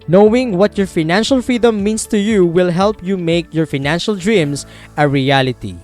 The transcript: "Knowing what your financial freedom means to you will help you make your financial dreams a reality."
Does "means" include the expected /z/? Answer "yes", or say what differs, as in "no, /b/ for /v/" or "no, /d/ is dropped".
no, /s/ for /z/